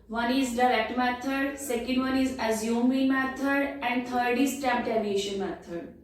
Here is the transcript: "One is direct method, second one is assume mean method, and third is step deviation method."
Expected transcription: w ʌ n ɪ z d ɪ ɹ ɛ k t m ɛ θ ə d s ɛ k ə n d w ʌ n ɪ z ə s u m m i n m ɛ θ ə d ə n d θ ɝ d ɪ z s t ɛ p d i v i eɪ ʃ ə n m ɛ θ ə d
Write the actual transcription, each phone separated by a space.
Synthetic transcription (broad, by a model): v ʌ n ɪ z d ɪ ɹ ɛ k t m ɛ t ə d s ɛ k ə n d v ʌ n ɪ z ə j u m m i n m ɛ t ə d ə n d t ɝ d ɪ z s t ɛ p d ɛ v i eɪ ʃ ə n m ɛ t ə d